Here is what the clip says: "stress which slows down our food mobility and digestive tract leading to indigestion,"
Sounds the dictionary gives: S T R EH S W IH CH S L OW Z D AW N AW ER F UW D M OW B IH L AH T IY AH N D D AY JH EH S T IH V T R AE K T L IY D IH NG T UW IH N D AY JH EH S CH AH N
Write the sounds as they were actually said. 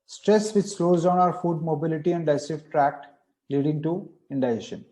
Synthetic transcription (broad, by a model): S T R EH S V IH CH S L OW Z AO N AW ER F UW D M OW B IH L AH T IY AH N D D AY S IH F T R AE K T L IY D IH NG T UW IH N D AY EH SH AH N